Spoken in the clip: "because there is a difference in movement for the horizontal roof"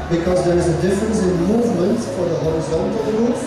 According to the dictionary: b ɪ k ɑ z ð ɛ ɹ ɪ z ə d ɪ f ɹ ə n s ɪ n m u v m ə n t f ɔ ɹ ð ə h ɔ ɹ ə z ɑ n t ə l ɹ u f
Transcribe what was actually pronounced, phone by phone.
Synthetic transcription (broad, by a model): b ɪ k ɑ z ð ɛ ɹ ɪ z ə d ɪ f ɹ ə n s ɪ n m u v m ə n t f ɔ ɹ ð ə h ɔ ɹ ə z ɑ n t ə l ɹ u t